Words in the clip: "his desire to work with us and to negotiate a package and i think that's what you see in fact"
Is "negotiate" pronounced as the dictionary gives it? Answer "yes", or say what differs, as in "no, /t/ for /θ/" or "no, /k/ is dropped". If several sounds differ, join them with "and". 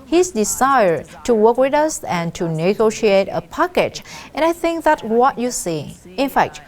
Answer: yes